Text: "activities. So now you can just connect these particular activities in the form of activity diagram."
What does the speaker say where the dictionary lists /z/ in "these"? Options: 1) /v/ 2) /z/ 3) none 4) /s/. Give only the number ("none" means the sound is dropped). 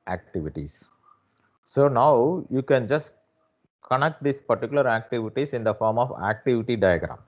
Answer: 4